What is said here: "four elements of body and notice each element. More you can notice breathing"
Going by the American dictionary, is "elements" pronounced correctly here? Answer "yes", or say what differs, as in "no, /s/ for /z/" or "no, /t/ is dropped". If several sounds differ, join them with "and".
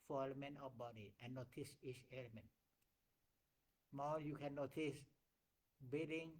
no, /s/ is dropped